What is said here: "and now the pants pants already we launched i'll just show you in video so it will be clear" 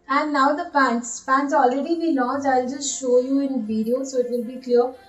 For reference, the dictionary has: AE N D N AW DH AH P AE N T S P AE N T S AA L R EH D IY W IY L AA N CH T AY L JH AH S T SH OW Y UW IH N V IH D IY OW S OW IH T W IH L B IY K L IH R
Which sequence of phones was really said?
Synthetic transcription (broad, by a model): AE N D N AW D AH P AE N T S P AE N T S AA L R EH D IY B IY N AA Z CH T AY L JH AH S T SH OW Y UW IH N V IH D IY OW S OW IH T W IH L B IY K L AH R